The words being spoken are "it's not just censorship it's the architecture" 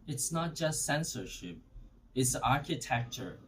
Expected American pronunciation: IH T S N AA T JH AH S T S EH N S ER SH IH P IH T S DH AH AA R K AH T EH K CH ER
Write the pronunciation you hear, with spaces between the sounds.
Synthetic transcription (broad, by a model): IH T S N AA T JH AH S T S EH N S ER SH IH P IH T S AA R K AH T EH K CH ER